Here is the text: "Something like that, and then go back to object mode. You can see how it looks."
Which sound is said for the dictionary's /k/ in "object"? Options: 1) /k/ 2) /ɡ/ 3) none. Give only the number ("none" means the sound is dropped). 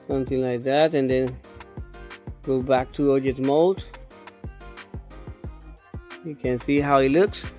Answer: 3